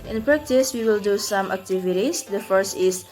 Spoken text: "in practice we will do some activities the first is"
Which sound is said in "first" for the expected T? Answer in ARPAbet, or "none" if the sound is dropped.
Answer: T